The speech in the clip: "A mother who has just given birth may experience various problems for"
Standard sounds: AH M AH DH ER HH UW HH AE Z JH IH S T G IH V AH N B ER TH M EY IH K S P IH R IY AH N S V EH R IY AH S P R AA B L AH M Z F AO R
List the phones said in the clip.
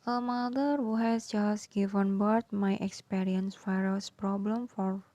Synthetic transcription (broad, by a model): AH M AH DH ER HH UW HH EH S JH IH S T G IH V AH N B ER T M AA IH K S P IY R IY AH N S F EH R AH S P R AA B L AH M F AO R